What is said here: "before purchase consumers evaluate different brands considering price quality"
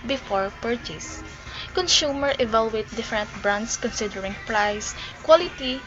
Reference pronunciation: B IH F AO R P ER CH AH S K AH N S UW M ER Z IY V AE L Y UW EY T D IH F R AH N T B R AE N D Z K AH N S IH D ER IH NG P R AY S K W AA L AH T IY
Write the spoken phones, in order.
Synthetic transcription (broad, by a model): B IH F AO R P ER CH AH S K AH N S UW M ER IY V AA L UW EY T D IH F R AH N T B R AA N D S K AH N S IH D ER IH NG P R AY S K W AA L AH T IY